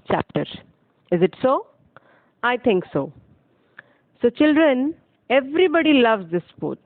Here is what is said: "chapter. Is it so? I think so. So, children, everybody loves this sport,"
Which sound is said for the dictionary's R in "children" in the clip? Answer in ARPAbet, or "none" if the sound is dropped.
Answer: R